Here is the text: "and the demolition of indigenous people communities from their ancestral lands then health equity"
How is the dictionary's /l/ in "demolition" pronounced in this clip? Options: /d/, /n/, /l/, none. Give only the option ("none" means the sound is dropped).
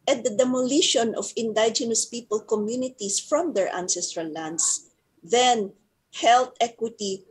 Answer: /l/